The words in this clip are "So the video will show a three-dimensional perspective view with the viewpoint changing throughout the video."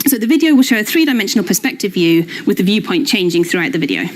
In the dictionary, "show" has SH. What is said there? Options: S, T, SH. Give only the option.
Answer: SH